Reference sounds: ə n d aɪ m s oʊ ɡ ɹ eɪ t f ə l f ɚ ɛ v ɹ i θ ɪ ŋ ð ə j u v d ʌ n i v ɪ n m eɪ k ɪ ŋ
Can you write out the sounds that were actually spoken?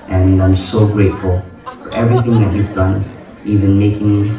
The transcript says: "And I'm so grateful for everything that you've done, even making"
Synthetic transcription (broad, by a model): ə n aɪ m s oʊ ɡ ɹ eɪ t f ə l f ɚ ɛ v ɹ i θ ɪ ŋ ð ə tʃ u v d ʌ n i v ɪ n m eɪ k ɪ ŋ